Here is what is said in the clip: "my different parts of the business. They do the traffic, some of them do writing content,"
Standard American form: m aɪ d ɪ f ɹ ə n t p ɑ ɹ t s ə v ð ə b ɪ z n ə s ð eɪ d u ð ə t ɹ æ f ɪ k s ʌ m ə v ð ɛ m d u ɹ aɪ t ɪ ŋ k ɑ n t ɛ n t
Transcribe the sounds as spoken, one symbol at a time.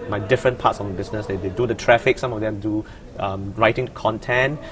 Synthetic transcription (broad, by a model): m aɪ d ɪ f ɹ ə n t p ɑ t s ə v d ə b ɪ s n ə s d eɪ d u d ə t ɹ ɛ f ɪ k s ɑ m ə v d ɛ m d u ɹ aɪ t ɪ ŋ k ɑ n t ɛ n